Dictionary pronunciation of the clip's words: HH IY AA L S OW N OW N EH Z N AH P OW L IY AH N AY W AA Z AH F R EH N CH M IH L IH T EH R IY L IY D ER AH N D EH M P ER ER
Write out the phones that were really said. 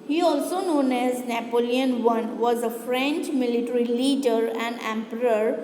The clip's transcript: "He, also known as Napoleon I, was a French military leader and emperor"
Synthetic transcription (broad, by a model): HH IY AA L S OW N OW N EH Z N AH P OW L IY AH N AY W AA Z AH F R EH N CH M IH L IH T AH R IY L IY D ER AH N D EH M P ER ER